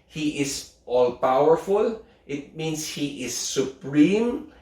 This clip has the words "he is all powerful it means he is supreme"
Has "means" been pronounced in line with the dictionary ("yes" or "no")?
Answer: no